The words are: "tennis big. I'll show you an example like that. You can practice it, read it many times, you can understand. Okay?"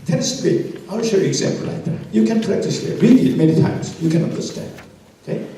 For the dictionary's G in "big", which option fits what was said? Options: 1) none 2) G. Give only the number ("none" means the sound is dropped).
1